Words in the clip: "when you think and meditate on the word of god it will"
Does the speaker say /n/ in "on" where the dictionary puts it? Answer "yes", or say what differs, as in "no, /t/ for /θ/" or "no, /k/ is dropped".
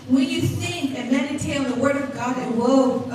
no, /l/ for /n/